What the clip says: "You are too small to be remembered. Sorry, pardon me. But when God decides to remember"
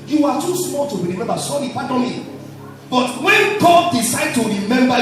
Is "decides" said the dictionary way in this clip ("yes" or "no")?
no